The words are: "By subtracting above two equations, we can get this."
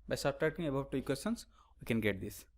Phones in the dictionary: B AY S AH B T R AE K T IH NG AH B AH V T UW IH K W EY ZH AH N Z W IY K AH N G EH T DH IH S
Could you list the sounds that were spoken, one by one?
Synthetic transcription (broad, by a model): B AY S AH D T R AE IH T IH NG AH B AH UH T UW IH K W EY S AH N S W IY K AH N G EH T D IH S